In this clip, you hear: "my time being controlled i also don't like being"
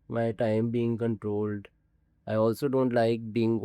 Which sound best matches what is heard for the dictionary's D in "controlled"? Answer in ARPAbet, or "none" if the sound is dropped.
D